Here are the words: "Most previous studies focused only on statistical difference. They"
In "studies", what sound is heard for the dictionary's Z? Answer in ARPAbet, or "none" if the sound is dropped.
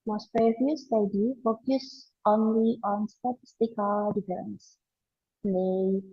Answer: none